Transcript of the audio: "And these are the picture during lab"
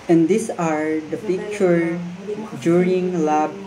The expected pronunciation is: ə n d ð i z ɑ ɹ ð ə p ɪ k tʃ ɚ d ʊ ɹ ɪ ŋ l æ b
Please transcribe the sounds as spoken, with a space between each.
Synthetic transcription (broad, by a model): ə n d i s ɑ ɹ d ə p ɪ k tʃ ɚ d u ɹ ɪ ŋ l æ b